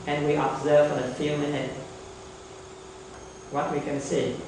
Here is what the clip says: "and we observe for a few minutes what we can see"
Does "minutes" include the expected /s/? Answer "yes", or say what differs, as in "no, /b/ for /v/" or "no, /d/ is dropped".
no, /s/ is dropped